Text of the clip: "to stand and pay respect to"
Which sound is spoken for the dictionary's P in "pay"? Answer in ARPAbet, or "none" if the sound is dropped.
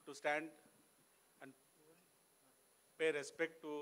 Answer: P